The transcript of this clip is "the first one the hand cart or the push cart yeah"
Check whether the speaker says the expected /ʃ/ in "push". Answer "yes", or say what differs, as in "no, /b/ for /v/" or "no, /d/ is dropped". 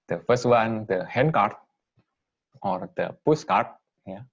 no, /s/ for /ʃ/